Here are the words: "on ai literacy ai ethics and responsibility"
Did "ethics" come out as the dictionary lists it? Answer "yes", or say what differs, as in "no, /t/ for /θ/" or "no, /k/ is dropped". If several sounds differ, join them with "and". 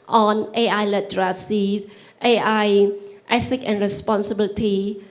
no, /s/ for /θ/ and /s/ is dropped